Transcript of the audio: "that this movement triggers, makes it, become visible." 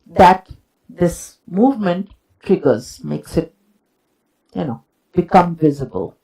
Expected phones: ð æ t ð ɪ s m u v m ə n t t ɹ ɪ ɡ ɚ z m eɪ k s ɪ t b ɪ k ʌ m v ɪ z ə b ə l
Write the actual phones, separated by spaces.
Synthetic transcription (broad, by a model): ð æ t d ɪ s m u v m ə n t t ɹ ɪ ɡ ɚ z m eɪ k s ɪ t b ɪ k ʌ m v ɪ z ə b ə l